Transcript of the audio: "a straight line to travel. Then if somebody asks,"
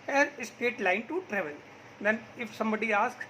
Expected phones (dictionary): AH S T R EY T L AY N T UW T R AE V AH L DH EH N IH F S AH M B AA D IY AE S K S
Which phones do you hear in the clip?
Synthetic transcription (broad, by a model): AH S T EY T L AY N T UW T R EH V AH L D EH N IH F S AH M B AA D IY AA S K S